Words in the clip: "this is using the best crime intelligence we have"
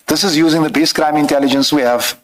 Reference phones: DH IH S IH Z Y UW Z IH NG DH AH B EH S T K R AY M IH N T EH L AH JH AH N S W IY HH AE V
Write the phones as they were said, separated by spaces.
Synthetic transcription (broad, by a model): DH IH S IH Z Y UW Z IH NG DH AH B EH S K R AY M IH N T EH L AH JH AH N S W IY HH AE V